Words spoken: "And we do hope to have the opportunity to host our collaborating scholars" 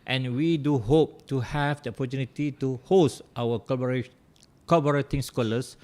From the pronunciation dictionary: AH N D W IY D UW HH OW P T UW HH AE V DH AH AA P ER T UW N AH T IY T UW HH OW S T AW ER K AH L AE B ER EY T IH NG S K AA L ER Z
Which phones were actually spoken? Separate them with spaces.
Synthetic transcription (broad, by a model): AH N W IY D UW HH OW P T UW HH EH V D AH AA P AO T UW N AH T IY T UW HH OW S T AW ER K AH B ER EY T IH NG S K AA L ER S